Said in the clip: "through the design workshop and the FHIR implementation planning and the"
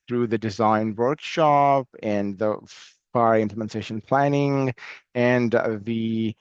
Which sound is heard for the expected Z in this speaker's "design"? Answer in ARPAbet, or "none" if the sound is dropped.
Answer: Z